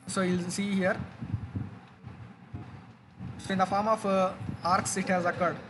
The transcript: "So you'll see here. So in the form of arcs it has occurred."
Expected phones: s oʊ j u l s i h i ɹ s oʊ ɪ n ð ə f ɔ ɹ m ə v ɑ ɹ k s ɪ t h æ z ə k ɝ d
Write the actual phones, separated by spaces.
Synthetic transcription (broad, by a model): s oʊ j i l s i h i ɹ s oʊ ɪ n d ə f ɔ ɹ m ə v ɑ ɹ k s ɪ t h æ z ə k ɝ d